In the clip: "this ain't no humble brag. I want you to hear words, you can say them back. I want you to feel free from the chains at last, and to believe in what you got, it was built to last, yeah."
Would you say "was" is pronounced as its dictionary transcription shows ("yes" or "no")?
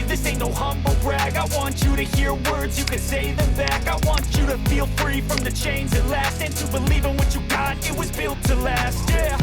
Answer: yes